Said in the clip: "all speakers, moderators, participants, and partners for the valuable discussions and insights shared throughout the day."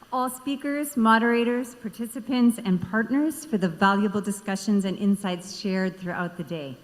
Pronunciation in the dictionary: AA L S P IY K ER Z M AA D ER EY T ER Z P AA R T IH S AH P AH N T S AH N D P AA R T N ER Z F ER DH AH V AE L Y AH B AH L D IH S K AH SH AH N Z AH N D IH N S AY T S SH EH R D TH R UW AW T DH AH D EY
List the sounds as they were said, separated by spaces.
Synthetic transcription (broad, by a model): AA L S P IY K ER Z M AA D ER EY T ER Z P AA R T IH S AH P AH N T S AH N P AA R T N ER Z F ER DH AH V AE L Y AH B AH L D IH S K AH SH AH N Z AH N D IH N S AY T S SH EH R D TH R UW AW T DH AH D EY